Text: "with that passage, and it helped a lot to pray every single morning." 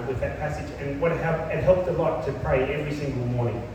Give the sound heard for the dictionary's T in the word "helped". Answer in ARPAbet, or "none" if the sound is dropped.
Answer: T